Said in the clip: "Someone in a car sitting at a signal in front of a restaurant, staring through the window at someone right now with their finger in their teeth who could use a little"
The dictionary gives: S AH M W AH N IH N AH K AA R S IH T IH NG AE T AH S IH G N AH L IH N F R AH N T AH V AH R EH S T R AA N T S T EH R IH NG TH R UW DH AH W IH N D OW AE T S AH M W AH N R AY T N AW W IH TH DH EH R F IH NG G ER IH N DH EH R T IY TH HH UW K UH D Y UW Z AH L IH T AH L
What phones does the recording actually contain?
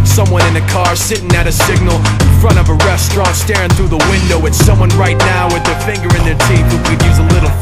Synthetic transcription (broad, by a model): S AH M W AH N IH N AH K AA R S IH T IH NG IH T AH S IH G N L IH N F R AH T AH V AH R EH S T R AA N T S T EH R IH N TH R UW DH AH W IH N D OW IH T S AH M W AH N R AY T N AW W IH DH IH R F IH NG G ER IH N DH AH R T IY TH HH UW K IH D Y UW Z AH L IH T L